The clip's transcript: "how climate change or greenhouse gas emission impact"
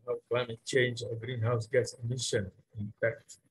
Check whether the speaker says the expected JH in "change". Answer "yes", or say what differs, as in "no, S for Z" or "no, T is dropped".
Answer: yes